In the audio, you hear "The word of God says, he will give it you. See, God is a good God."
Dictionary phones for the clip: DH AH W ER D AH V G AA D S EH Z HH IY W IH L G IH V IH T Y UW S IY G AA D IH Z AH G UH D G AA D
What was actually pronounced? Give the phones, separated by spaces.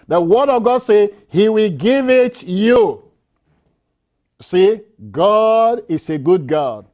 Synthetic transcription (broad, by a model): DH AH W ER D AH G AA D S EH HH IY W IH L G IH V IH T Y UW S IY G AA D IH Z AH G UH D G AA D